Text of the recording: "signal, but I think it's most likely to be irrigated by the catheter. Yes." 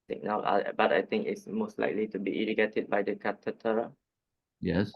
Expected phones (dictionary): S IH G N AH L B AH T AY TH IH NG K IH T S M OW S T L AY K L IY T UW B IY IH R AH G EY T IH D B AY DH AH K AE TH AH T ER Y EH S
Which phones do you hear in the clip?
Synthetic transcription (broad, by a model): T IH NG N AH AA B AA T AY T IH NG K IH T S M OW S T L AY K L IY T UW B IY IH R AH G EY T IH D B AY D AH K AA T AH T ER Y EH S